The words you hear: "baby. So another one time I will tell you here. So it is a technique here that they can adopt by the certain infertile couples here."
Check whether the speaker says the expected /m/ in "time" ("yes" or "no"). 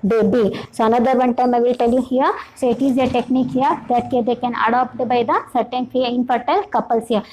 yes